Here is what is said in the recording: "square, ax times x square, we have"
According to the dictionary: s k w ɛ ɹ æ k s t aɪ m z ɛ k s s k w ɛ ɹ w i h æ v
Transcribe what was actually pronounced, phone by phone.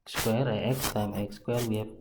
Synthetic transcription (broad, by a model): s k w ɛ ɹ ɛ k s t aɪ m ɛ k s s k w ɛ ɹ w i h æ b